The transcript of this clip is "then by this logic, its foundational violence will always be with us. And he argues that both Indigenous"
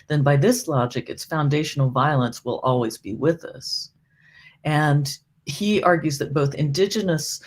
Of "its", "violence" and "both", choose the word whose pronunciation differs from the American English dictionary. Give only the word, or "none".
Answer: none